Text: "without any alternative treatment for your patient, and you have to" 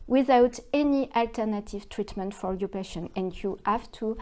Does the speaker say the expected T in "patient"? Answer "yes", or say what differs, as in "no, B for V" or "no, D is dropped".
no, T is dropped